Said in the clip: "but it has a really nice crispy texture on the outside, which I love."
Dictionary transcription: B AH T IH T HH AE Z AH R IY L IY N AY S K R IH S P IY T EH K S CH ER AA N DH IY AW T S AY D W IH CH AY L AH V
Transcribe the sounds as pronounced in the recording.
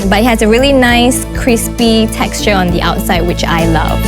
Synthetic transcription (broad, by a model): B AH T IH T HH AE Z AH R IY L IY N AY S K R IH S P IY T EH K S CH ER AA N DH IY AW T S AY D W IH CH AY L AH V